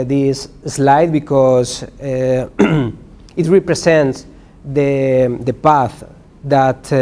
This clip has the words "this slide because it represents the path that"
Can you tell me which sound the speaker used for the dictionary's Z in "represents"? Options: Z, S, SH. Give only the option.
S